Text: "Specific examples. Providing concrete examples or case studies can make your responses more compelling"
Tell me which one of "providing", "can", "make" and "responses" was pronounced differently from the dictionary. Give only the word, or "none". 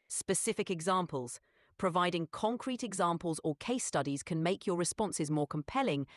none